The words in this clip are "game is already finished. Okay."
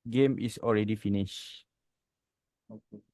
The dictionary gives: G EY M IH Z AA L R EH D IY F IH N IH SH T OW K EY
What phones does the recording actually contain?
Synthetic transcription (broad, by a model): G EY M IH S AA L R EH D IY F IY N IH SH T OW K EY